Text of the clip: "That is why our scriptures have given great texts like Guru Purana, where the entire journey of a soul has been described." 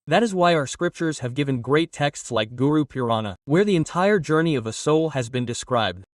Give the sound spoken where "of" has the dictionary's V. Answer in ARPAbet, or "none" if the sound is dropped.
V